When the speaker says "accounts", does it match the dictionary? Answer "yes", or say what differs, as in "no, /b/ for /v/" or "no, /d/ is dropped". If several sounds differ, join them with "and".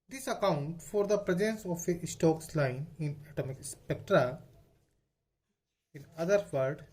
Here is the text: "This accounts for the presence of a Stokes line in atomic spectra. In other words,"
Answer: no, /s/ is dropped